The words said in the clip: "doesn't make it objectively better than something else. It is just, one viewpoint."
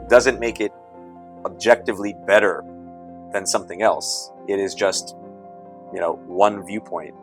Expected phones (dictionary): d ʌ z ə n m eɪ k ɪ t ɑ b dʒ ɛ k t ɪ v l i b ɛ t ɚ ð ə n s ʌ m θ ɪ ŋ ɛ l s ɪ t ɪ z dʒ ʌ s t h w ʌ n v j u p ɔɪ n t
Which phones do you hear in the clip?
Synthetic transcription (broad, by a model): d ʌ z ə n m eɪ k ɪ t ɑ b dʒ ɛ k t ɪ v l i b ɛ t ɚ ð ə n s ʌ m θ ɪ ŋ ɛ l s ɪ t ɪ z dʒ ʌ s t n w ʌ n v j u p ɔɪ n t